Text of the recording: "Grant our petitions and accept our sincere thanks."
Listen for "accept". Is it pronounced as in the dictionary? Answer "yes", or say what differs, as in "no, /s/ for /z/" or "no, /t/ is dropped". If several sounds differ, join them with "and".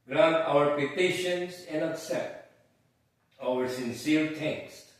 no, /p/ is dropped